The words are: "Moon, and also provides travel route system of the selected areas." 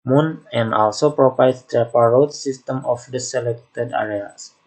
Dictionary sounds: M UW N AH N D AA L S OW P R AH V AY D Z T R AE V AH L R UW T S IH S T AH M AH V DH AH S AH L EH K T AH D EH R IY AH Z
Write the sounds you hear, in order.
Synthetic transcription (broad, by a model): M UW N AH N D AA L S OW P R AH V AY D S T R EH P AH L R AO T S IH S T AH M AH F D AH S AH L EH K T AH D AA R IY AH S